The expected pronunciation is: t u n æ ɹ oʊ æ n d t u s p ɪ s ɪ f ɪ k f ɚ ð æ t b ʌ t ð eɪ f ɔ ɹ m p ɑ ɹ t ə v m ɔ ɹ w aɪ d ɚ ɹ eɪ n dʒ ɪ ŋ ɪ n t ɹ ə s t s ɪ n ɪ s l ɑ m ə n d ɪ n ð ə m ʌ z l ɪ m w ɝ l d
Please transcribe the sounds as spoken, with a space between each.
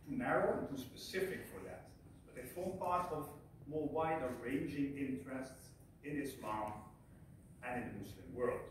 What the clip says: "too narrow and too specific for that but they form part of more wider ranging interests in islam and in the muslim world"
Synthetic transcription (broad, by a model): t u n æ ɹ oʊ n t u s p ɪ s ɪ f ɪ k f ɚ ð æ t b ʌ t ð eɪ f ɔ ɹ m p ɑ ɹ t ə v m ɔ ɹ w aɪ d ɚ ɹ eɪ n dʒ ɪ ŋ ɪ n t ɹ ə s t s ɪ n ɪ s l ɑ m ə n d ɪ n ð ə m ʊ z l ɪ m w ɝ l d